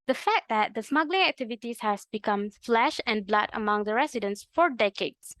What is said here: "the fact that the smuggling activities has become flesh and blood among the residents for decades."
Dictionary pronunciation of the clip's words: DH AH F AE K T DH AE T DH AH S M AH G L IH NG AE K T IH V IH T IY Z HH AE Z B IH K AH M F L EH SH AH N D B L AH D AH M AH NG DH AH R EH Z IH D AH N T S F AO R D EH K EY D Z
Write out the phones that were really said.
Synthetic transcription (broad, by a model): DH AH F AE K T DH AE T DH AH S M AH G L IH NG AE K T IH V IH T IY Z HH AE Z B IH K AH M F L EH SH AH N B L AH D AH M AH NG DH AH R EH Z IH D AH N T S F AO R D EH K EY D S